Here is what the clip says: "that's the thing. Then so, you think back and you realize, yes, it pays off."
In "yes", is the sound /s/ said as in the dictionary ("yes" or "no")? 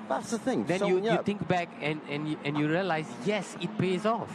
yes